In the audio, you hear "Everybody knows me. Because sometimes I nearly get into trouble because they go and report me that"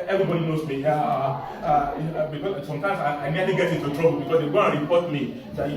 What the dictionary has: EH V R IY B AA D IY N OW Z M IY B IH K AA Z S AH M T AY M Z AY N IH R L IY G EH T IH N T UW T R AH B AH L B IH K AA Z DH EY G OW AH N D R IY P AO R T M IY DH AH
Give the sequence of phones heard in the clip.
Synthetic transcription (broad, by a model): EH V R IY B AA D IY N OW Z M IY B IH K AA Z S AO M T AY M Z AY N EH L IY G EH T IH T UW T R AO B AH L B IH K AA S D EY G OW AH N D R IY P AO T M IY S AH